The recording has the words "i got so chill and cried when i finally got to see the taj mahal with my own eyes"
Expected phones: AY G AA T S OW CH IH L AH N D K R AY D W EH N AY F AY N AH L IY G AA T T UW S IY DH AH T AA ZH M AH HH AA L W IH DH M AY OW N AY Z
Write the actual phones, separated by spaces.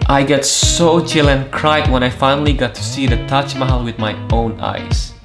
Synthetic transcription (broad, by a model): AY G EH T S OW CH IH L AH N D K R AY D W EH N AY F AY N AH L IY G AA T T UW S IY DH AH T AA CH M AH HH L W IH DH M AY OW N AY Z